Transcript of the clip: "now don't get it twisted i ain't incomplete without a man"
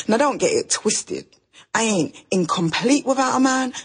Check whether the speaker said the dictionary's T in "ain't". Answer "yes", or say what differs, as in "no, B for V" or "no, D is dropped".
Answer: yes